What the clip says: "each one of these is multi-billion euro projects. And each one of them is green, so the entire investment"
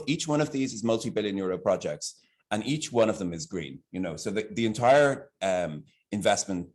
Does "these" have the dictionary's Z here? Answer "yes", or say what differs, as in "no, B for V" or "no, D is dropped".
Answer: yes